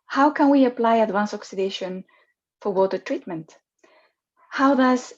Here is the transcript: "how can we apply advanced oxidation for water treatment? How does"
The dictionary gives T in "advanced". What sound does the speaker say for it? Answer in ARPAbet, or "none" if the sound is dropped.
none